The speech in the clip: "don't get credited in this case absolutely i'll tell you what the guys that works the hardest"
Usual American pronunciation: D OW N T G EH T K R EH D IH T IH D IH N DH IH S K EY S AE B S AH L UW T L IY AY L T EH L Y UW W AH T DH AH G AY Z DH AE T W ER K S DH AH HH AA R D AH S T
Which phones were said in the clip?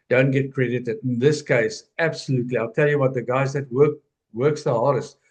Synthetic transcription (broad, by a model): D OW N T G EH T K R EH D IH T IH D IH N DH IH S K EY S AE B S AH L UW T L IY AY L T EH L Y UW W AH T DH AH G AY Z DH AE T W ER K S DH AH HH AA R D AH S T